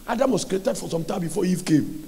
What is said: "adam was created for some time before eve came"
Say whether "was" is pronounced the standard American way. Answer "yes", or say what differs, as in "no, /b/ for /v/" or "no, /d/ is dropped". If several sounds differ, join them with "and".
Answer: no, /s/ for /z/